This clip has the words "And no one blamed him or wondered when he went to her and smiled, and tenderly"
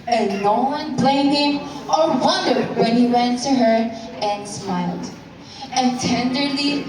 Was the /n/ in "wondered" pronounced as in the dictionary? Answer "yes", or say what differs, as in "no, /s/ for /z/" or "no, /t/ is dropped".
yes